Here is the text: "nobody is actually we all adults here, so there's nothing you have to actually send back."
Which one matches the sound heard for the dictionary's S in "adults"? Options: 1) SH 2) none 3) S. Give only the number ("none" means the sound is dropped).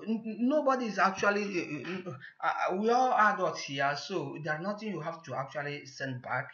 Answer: 2